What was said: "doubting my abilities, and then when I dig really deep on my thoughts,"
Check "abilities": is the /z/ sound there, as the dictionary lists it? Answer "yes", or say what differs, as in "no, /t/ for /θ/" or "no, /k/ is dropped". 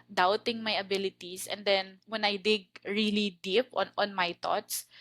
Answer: no, /s/ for /z/